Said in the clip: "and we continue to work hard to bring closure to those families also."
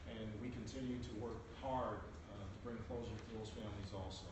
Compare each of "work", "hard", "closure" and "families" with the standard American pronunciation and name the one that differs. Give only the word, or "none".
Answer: closure